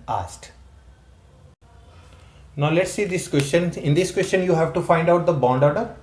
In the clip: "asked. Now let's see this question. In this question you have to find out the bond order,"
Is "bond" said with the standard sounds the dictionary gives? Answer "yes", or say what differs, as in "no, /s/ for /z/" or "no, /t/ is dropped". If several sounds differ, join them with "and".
yes